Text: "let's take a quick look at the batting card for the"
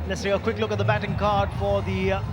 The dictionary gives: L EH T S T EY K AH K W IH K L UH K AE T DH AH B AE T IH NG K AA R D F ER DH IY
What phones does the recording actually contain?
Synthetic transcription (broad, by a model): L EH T S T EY AH K W IH K L UH K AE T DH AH B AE T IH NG K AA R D F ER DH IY